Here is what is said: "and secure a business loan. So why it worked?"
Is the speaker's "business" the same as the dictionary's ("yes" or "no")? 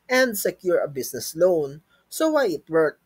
no